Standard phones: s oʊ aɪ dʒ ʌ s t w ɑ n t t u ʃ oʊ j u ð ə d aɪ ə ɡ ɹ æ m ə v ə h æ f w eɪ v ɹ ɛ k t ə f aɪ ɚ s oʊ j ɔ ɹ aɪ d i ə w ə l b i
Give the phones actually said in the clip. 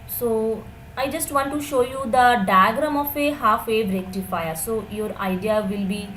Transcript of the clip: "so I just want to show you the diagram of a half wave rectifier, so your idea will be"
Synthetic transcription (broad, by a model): s oʊ aɪ dʒ ʌ s t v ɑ n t t u ʃ oʊ j u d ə d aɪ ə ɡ ɹ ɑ m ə f ə h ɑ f eɪ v ɹ ɛ k t ə f aɪ ɚ s oʊ j ɔ ɹ aɪ d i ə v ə l b i